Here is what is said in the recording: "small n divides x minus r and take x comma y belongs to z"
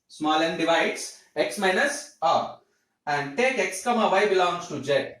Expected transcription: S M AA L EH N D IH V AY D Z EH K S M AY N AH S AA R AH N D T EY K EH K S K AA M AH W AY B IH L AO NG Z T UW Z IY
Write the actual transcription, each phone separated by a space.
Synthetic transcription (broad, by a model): S M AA L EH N D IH V AY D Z EH K S M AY N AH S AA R AH N D T EY K EH K S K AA M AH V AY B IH L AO NG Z T UW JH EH